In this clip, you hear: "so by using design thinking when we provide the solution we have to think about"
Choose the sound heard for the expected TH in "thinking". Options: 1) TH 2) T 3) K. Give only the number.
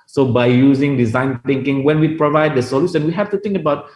2